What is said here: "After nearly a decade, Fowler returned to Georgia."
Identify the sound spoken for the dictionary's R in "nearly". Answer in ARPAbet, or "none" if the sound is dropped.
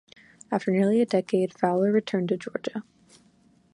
R